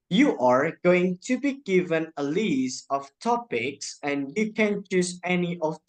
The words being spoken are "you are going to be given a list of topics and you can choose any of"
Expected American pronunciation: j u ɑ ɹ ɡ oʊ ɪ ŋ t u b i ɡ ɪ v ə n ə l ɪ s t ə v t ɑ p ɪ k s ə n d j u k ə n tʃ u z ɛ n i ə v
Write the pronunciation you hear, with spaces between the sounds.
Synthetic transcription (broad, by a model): j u ɑ ɹ ɡ oʊ ɪ ŋ t u b i ɡ ɪ v ə n ə l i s ə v t ɑ p ɪ k s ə n j u k ə n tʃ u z ɛ n i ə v